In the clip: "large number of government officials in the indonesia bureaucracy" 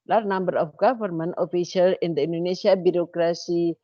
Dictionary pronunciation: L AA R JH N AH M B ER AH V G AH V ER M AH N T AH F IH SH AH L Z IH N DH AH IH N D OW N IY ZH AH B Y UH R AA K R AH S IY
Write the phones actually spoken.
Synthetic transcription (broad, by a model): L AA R N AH M B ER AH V G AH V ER M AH N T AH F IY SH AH L IH N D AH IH N D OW N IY S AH B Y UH R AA K R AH S IY